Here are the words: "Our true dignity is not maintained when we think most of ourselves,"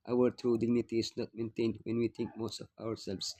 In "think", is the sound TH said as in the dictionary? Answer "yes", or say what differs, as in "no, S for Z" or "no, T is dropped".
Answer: no, T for TH